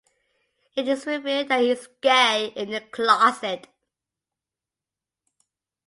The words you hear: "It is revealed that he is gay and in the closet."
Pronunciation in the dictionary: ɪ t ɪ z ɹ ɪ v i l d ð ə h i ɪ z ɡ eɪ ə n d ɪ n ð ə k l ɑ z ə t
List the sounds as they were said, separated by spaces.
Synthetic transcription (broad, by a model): ɪ t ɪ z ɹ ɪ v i d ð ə h i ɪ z ɡ eɪ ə ɪ n ð ə k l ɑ s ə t